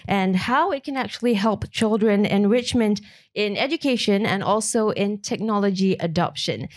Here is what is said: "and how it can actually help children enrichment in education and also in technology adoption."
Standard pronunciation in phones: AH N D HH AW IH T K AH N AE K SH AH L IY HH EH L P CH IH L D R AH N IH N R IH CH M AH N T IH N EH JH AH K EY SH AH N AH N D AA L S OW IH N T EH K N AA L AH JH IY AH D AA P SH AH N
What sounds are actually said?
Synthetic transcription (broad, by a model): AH N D HH AW IH T K AH N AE K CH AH L IY HH EH L P CH IH L D R AH N IH N R IH CH M AH N T IH N EH JH AH K EY SH AH N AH N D AA L S OW IH N T EH K N AA L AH JH IY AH D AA P SH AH N